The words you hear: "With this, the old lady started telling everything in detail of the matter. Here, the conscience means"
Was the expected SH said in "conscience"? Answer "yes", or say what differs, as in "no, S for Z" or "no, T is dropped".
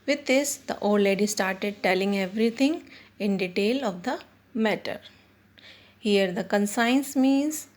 no, S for SH